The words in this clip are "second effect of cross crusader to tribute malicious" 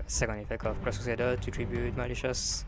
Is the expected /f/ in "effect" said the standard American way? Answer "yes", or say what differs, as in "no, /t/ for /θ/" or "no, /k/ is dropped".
yes